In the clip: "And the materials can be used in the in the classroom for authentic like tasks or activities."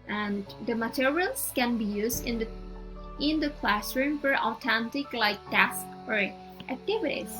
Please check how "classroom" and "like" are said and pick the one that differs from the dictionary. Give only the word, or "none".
none